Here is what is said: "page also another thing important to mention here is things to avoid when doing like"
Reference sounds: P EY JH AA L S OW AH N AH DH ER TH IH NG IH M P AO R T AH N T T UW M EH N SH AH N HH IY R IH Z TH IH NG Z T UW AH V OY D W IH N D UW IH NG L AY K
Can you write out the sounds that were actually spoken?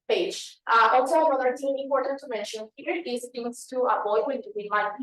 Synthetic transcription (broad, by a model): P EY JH AA L S OW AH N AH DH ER T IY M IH M P AO R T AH N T T UW M EH N SH AH N HH IY R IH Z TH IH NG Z T UW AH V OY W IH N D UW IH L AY